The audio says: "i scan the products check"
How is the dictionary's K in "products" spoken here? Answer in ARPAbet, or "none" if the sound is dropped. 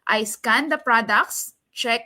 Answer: K